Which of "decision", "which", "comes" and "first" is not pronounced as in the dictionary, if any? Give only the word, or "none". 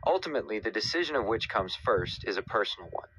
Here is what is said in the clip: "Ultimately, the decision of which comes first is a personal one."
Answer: none